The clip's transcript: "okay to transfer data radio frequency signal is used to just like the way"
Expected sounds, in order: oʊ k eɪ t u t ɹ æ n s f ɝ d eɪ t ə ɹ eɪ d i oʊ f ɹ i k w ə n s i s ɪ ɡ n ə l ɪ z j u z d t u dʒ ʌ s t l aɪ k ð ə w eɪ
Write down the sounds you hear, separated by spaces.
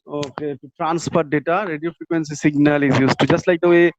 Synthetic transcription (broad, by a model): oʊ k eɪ t u t ɹ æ n s p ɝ d eɪ t ə ɹ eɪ d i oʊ f ɹ i k w ə n s i s ɪ ɡ n ə l ɪ z j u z t u dʒ ʌ s t l aɪ k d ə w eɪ